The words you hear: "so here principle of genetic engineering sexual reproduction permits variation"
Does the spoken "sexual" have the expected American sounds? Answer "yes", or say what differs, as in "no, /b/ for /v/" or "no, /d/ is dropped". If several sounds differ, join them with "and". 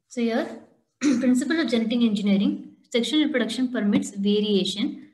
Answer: no, /n/ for /l/